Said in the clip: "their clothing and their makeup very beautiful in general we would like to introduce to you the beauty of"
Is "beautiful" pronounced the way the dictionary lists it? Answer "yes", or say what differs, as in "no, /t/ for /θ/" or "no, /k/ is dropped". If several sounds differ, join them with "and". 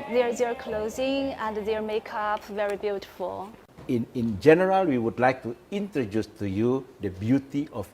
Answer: no, /n/ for /l/